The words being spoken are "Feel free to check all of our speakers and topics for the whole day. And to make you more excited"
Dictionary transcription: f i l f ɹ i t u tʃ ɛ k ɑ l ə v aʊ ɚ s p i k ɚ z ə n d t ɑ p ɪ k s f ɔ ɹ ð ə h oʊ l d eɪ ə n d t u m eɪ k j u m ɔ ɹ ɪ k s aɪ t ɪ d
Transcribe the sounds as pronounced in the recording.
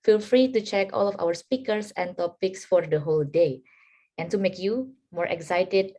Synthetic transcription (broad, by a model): f i l f ɹ i t u tʃ ɛ k ɑ l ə f aʊ ɚ s p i k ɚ s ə n t ɑ p ɪ k s f ɔ ɹ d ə h oʊ l d eɪ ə n t u m eɪ k j u m ɔ ɹ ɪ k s aɪ t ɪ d